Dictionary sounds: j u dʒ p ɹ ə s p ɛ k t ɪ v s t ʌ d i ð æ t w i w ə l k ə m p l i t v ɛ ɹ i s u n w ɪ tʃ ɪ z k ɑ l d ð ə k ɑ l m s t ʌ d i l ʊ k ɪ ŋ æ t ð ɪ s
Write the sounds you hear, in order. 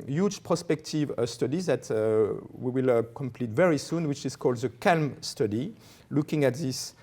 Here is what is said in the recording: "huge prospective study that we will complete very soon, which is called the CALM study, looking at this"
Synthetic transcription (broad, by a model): j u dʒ p ɹ ə s p ɛ k t ɪ v s t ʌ d i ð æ t w i w ə l k ə m p l i t v ɛ ɹ i s u n w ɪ tʃ ɪ z k ɑ l d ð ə k ɑ l m s t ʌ d i l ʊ k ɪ ŋ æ t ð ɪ s